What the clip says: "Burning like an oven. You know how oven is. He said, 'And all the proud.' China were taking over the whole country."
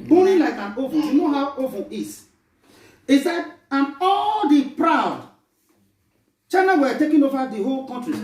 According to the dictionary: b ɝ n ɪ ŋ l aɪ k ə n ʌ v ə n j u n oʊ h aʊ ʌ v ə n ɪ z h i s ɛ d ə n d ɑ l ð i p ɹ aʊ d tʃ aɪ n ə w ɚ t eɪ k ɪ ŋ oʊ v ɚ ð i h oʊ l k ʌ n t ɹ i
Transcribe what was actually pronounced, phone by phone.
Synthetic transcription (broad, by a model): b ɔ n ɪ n l aɪ k ə n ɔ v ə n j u n oʊ h aʊ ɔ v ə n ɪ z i s ɛ d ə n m ɑ l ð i p ɹ aʊ d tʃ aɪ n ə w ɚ t eɪ k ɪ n oʊ v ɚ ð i h oʊ l k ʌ n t ɹ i